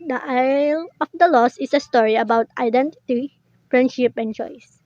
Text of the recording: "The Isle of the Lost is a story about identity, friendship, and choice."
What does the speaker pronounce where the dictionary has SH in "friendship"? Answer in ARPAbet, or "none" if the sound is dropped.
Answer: SH